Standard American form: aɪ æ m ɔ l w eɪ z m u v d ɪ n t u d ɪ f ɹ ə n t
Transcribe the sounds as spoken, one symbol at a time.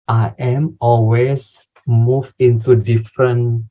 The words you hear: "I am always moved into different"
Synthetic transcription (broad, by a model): aɪ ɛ m ɔ l w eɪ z m u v ɪ n t u d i f ɹ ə n